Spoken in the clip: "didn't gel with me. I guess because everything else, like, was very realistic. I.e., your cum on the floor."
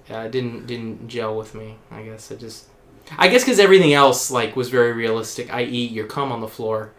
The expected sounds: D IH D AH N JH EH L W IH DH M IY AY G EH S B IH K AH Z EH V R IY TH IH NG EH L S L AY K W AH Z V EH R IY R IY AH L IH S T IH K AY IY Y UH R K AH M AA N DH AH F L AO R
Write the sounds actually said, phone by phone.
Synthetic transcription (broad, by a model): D IH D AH N JH EH L W IH DH M IY AY G EH S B IH K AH Z EH V R IY TH IH NG EH L S L AY K W AH Z V EH R IY R IY AH L IH S T IH K AY IY Y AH R K AH M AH N DH AH F L AO R